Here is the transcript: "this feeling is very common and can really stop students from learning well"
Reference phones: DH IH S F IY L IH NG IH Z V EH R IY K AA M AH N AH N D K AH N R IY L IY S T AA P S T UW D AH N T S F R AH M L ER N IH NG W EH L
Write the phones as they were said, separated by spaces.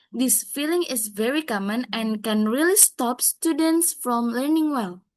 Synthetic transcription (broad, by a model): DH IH S F IY L IH NG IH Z V EH R IY K AA M AH N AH N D K AH N R IY L IY S T AA P S T UW D AH N T S F R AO M L ER N IH NG W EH L